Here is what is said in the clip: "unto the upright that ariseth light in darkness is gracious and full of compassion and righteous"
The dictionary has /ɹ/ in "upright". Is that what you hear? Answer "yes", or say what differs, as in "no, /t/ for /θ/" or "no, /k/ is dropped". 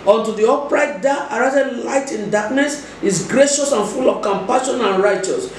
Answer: yes